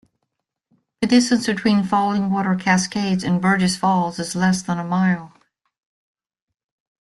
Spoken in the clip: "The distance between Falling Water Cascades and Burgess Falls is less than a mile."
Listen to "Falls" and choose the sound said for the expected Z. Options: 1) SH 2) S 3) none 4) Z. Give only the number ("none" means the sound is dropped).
4